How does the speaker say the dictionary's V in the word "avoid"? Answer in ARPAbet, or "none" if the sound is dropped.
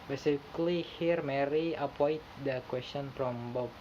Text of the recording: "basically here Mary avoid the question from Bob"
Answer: P